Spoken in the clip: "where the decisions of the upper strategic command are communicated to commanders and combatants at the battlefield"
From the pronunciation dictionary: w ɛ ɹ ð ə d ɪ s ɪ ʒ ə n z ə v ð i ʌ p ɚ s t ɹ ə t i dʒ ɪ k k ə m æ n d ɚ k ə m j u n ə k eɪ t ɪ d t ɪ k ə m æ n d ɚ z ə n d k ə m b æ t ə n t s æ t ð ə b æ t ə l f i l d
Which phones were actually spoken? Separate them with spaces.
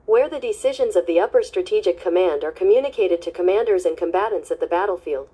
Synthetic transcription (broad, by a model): w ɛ ɹ ð ə d ɪ s ɪ ʒ ə n z ə v ð i ʌ p ɚ s t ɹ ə t i dʒ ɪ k k ə m æ n d ɚ k ə m j u n ə k eɪ t ɪ d t ɪ k ə m æ n d ɚ z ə n k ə m b æ t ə n t s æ t ð ə b æ t l f i l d